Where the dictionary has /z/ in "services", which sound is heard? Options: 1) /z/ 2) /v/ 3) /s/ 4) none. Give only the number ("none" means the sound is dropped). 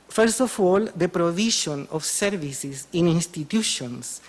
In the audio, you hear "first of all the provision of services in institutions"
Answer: 3